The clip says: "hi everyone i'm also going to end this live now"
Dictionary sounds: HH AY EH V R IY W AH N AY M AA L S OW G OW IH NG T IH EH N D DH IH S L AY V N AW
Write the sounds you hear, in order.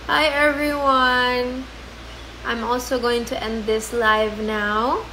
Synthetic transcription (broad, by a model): HH AY EH V R IY W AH N AY M AA L S OW G OW IH NG T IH EH N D DH IH S L AY V N AW